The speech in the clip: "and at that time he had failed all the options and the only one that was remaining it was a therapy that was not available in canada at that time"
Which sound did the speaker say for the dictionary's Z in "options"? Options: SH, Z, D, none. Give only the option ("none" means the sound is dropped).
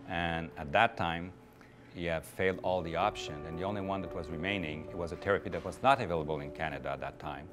none